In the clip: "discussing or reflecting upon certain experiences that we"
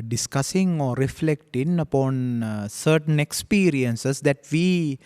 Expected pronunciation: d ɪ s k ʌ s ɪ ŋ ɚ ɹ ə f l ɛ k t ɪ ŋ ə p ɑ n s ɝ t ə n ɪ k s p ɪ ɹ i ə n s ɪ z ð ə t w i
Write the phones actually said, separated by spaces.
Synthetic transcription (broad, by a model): d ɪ s k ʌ s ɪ ŋ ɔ ɹ ə f l ɛ k t ɪ ŋ ə p ɑ n s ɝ t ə n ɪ k s p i ɹ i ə n s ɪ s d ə t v i